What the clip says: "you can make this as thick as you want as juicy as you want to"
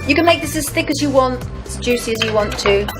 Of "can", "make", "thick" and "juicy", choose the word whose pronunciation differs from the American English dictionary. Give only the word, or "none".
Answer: none